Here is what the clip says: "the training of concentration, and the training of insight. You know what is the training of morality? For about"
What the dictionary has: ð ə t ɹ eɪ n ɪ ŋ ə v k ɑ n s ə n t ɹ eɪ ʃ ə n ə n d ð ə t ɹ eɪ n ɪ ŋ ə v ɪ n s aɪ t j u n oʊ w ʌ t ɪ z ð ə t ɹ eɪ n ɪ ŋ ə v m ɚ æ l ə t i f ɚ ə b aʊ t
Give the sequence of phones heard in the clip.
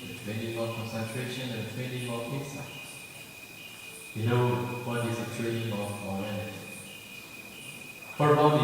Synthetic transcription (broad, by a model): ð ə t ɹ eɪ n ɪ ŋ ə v k ɑ n s ə n t ɹ eɪ ʃ ə n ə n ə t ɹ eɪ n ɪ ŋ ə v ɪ s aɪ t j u n oʊ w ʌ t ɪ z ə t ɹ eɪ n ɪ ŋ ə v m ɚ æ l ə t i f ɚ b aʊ